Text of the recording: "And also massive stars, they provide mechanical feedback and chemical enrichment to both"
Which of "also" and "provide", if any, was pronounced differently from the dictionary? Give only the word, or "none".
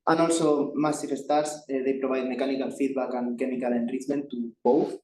provide